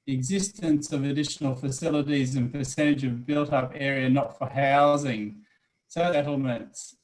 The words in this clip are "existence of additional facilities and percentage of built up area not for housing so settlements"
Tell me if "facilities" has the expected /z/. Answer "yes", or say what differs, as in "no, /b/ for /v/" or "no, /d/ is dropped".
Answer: yes